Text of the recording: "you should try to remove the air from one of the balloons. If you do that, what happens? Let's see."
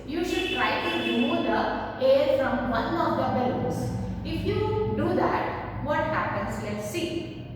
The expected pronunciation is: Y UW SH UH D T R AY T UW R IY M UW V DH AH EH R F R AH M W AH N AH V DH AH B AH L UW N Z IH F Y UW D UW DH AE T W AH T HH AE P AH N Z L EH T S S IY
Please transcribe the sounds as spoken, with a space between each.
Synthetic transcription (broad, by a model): Y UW SH UH D T R AY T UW R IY M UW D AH EH R F R AH M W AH N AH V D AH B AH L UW Z IH F Y UW D UW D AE T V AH T HH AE P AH N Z L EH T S S IY